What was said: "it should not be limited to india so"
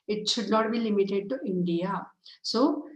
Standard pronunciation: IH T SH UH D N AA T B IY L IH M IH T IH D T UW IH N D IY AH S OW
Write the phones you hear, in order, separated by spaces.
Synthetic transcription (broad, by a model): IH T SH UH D L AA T B IY L IH M IH T IH D T UW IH N D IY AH S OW